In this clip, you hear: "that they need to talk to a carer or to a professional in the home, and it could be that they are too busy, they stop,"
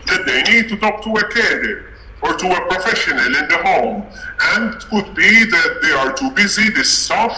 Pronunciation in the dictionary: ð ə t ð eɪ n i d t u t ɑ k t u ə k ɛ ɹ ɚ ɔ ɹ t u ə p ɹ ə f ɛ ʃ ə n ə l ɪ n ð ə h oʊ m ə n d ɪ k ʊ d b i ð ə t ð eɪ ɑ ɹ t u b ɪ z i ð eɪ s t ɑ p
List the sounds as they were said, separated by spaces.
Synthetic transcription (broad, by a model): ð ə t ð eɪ n i d t u t ɑ k t u ə k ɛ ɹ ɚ ɔ ɹ t u ə p ɹ ə f ɛ ʃ ə n ə l ɪ n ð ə h oʊ m ə n d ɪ k ʊ d b i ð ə t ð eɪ ɑ ɹ t u b ɪ z i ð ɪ s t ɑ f